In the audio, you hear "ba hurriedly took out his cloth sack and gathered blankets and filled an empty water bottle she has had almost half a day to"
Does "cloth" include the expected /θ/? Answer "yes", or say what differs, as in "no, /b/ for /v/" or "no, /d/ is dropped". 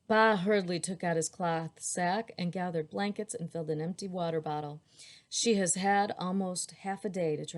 yes